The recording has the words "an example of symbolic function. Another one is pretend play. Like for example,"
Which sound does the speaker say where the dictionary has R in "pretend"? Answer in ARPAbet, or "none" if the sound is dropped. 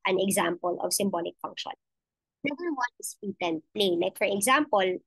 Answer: none